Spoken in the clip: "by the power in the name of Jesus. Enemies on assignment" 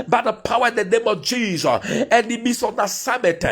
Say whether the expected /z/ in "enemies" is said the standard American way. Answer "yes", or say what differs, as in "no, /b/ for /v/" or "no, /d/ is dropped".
no, /s/ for /z/